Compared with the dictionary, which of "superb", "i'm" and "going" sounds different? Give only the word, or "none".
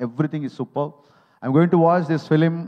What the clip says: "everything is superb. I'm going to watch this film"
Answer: superb